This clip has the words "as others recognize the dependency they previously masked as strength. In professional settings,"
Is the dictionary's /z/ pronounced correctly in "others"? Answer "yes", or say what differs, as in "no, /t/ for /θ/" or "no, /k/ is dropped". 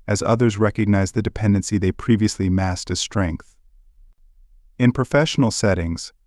yes